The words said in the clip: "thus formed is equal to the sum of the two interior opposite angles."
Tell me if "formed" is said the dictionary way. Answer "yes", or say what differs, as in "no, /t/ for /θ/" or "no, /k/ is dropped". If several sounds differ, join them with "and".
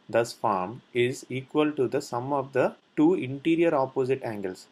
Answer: no, /d/ is dropped